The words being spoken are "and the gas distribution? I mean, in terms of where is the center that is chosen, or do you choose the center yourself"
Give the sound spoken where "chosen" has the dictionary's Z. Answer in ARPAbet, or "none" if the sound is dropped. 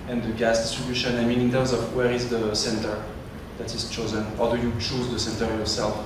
Z